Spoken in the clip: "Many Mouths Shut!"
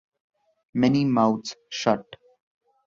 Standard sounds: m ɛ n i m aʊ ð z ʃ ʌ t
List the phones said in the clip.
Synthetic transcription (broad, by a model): m ɛ n i m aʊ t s ʃ ʌ t